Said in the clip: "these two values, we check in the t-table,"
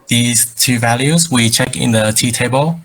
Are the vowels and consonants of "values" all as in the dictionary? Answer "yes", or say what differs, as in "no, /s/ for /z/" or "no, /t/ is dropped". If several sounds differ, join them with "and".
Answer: yes